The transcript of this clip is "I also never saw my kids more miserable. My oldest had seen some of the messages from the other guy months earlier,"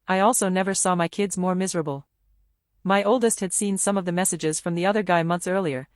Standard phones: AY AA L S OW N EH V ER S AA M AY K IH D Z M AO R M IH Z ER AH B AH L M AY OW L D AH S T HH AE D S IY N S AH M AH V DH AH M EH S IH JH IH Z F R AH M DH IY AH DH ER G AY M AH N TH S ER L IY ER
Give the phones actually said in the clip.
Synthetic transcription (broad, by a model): AY AA L S OW N EH V ER S AA M AY K IH D Z M AO R M IH Z ER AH B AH L M AY OW L D AH S T HH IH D S IY N S AH M AH V DH AH M EH S IH JH IH Z F R AH M DH IY AH DH ER G AY M AH N TH S ER L IY ER